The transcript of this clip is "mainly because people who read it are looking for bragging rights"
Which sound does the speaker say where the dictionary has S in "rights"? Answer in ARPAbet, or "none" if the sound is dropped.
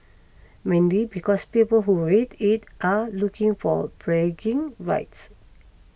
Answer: S